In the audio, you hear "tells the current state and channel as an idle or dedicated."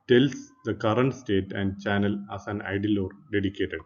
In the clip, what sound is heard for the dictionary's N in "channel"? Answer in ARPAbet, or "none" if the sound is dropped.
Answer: N